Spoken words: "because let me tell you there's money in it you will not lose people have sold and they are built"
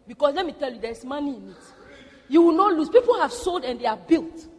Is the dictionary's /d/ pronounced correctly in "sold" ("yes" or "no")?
yes